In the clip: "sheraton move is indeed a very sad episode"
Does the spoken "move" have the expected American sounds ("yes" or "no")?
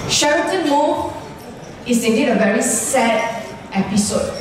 no